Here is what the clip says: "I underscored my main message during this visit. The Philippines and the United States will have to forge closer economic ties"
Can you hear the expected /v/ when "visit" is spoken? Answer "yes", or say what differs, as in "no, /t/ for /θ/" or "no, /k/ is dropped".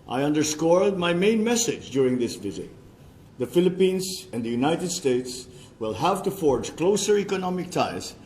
yes